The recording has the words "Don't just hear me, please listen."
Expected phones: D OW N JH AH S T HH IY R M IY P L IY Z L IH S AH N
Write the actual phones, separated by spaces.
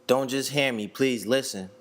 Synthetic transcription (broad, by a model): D OW N JH AH S T HH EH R M IY P L IY Z L IH S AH N